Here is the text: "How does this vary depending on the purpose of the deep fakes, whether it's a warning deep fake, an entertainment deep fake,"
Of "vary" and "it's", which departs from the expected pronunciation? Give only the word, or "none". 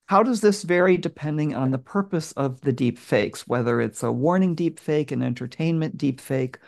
none